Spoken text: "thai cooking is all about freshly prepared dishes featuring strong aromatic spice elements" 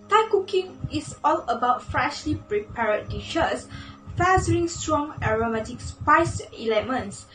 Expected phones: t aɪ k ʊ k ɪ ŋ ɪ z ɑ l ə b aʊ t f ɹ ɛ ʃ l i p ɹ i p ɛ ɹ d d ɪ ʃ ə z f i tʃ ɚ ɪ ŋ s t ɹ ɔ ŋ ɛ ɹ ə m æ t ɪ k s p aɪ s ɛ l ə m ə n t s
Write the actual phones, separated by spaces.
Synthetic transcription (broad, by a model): t aɪ k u k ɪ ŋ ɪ s ɑ l ə b aʊ t f ɹ ɛ ʃ l i p ɹ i p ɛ ɹ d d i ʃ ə s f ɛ s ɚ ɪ ŋ s t ɹ ɔ ŋ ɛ ɹ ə m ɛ t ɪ k s p aɪ s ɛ l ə m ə n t s